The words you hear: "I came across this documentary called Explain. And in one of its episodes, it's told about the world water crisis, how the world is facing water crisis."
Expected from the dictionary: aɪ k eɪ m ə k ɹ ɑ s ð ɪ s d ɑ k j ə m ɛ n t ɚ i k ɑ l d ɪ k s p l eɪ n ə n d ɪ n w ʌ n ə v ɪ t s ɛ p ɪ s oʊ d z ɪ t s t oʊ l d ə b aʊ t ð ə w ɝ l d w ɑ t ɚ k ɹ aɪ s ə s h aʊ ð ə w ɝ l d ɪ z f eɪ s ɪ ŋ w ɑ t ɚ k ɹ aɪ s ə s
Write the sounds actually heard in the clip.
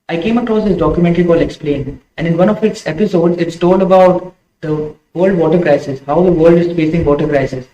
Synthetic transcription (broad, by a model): aɪ k eɪ m ə k ɹ ɑ s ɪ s d ɑ k j ə m ɛ n t ɚ i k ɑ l ɪ k s p l eɪ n ə n d ɪ n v ʌ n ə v ɪ t s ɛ p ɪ s oʊ d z ɪ t s t oʊ l d ə b aʊ t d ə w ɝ l d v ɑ t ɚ k ɹ aɪ s ə s h aʊ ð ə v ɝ l d ɪ z f eɪ s ɪ ŋ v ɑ t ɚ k ɹ aɪ s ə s